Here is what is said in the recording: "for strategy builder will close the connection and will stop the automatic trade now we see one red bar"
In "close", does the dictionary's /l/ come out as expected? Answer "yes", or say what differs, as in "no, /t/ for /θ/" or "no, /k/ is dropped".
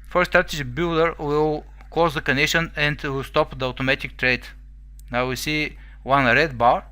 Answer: no, /l/ is dropped